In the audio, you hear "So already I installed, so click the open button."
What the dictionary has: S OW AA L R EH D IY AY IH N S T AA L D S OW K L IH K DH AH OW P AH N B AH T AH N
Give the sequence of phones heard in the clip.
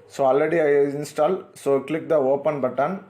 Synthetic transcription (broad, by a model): S OW AA L R EH D IY AY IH N S T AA L S OW K L IH K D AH OW P AH N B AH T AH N